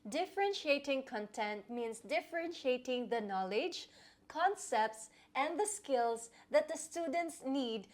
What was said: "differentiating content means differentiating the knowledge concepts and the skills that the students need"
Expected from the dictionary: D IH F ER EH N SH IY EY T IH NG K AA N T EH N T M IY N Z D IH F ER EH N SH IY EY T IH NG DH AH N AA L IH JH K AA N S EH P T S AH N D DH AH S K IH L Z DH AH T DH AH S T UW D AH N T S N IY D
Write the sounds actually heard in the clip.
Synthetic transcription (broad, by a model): D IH F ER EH N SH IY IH T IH NG K AA N T EH N T M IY N S D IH F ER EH N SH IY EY T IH NG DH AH N AA L IH JH K AA N S EH P T S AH N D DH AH S K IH L S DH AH T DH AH S T UW D AH N T S N IY D